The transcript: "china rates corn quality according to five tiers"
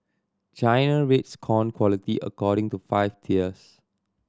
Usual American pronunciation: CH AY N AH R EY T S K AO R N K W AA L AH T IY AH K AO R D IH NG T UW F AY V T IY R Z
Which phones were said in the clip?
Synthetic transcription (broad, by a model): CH AY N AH R EY T S K AO N K W AA L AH T IY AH K AO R D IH NG T UW F AY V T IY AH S